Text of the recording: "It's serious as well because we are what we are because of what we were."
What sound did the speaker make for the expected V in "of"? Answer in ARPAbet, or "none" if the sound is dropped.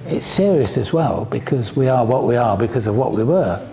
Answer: V